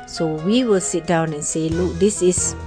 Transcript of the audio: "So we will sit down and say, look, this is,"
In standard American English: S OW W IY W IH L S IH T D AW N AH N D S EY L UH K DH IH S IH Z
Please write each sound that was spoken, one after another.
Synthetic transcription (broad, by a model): S OW W IY W IH L S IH T D AW N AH N S EY L UH K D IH S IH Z